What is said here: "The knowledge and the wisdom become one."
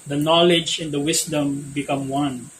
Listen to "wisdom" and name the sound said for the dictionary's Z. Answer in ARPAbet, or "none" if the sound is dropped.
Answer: S